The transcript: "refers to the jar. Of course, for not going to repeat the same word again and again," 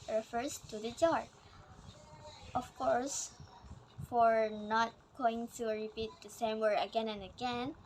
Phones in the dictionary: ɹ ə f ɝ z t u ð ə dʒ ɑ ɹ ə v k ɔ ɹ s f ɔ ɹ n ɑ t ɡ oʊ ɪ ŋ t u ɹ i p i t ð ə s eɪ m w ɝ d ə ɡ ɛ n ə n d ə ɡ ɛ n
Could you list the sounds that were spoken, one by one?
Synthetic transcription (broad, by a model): ɹ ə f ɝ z t u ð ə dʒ ɑ ɹ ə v k ɔ ɹ s f ɔ ɹ n ɑ t ɡ oʊ ɪ ŋ t u ɹ i p i t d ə s eɪ m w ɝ ə ɡ ɛ n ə n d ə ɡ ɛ n